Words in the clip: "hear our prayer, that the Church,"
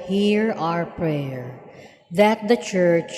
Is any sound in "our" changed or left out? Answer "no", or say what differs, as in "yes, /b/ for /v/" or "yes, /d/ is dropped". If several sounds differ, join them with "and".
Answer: no